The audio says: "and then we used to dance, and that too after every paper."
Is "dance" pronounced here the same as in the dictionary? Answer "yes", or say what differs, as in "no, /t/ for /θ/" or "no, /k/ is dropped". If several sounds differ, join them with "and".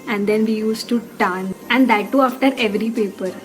no, /s/ is dropped